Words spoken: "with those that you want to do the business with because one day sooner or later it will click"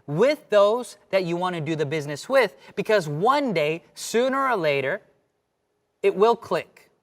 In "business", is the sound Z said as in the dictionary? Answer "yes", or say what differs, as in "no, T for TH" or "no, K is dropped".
yes